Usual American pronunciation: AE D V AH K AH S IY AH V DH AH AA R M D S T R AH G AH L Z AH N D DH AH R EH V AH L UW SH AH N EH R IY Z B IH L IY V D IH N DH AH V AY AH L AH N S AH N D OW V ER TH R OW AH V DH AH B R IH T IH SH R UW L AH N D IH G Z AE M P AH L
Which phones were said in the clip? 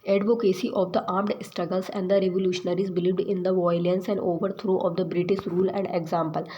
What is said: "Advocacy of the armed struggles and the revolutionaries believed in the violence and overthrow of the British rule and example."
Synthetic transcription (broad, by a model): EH D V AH K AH S IY AH V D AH AA R M D S T R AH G AH L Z AH N D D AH R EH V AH L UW SH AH N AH R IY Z B IH L IY V D IH N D AH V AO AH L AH N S AH N D OW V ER T R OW AH V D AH B R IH T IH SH R UW L AH N D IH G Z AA M P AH L